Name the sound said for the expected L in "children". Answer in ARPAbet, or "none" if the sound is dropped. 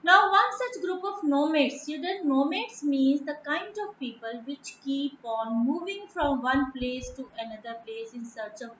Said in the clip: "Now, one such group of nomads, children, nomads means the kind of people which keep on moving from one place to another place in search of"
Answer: none